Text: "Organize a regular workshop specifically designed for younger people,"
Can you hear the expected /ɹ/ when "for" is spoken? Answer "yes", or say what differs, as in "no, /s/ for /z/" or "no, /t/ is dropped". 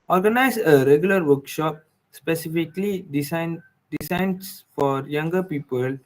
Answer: yes